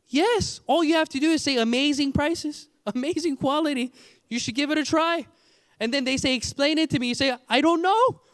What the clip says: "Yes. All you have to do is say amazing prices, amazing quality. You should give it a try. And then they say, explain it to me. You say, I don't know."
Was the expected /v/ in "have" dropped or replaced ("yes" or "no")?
yes